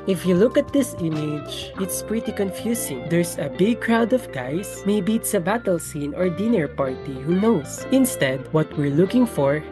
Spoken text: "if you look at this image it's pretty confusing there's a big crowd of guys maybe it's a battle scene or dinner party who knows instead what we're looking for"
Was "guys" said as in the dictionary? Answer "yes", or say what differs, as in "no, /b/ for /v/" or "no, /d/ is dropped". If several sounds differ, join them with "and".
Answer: no, /s/ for /z/